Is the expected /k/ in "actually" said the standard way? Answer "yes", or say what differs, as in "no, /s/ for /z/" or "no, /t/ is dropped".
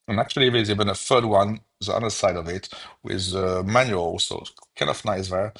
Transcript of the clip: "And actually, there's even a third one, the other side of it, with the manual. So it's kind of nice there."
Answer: yes